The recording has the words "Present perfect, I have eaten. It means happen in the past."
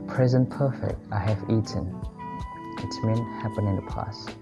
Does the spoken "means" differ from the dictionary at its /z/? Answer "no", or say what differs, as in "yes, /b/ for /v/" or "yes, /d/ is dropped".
yes, /z/ is dropped